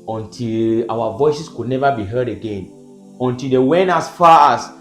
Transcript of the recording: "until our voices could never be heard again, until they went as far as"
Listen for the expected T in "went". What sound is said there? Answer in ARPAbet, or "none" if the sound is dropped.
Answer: none